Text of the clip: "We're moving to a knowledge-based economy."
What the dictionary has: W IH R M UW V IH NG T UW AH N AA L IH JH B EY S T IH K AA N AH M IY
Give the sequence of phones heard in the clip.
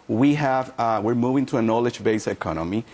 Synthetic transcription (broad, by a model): W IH R M UW V IH NG T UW AH N AA L IH JH B EY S IH K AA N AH M IY